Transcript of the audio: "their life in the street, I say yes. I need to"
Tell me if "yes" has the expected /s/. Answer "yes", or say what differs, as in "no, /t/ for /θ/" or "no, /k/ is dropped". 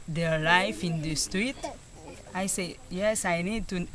yes